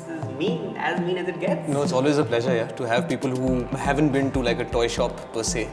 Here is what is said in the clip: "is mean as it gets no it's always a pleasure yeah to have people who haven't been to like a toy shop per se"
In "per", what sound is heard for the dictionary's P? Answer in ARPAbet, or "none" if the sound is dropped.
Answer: P